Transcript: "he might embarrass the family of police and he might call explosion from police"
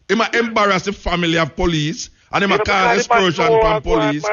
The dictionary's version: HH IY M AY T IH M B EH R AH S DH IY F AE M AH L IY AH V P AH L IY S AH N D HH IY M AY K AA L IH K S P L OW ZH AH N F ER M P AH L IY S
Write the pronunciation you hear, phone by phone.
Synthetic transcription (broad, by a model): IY M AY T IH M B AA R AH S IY F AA M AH L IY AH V P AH L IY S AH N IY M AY K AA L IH S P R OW SH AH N P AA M P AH L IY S